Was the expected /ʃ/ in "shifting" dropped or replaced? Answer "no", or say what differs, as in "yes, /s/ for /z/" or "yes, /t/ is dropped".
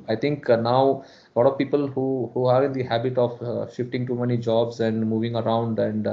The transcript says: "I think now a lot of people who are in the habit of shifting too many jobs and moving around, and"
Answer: no